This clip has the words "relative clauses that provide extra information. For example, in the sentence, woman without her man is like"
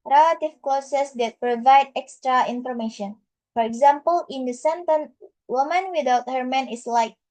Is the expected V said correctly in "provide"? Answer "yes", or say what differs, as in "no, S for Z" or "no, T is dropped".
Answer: yes